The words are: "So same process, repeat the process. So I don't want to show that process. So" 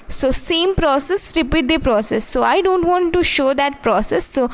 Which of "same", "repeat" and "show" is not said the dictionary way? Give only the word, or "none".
none